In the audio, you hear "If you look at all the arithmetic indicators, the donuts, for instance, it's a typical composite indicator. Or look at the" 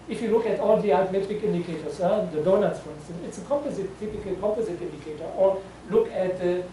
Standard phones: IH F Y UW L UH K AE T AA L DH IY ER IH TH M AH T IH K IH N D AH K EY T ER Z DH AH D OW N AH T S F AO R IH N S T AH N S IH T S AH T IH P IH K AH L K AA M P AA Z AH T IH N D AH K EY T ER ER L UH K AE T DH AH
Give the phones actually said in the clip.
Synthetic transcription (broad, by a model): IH F Y UW L UH K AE T AA L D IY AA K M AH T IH K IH N D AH K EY T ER S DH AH D OW N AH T S F AO R IH N S T AH N S IH T S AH T IH P IH K AH L K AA M P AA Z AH T IH N D AH K EY T ER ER L UH K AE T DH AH